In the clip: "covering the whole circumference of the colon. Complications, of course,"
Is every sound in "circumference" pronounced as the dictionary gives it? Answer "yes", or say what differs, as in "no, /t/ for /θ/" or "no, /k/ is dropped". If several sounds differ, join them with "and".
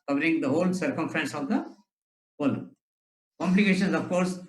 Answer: yes